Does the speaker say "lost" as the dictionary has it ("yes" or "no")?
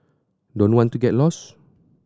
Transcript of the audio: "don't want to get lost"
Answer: no